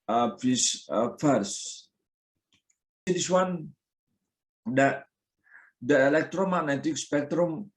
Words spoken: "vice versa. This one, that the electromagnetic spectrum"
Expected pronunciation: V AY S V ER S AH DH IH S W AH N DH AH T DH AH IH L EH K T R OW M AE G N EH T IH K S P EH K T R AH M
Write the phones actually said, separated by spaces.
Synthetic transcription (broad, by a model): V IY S F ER S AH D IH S W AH N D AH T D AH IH L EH K T R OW M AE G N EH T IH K S P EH K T R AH M